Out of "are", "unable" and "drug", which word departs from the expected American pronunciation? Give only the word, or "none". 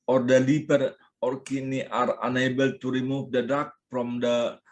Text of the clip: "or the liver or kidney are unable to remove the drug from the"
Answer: drug